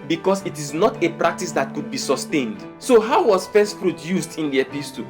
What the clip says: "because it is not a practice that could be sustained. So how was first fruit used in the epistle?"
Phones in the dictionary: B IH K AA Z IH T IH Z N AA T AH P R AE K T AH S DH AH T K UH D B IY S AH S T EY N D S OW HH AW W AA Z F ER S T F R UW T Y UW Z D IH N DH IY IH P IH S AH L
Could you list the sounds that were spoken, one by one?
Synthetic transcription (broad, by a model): B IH K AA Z IH T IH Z N AA T AH P R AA K T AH S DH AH T K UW D B IY S AH S T EY N D S OW HH AW W AA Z F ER S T P R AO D Y UW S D IH N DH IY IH P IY S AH